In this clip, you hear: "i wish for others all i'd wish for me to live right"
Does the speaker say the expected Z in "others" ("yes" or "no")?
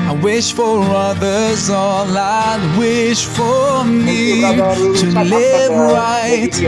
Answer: yes